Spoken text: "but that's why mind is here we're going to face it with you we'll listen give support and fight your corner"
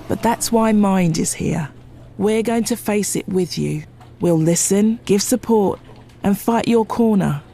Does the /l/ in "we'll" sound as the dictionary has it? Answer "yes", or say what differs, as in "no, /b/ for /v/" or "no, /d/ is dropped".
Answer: yes